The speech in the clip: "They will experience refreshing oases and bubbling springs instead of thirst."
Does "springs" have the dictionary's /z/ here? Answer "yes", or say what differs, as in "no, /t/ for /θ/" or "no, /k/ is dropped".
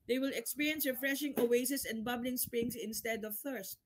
no, /s/ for /z/